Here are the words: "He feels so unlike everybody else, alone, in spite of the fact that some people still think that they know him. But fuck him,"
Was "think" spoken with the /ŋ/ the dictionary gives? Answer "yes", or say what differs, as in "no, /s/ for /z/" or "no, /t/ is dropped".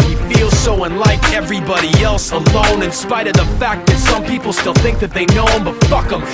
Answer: yes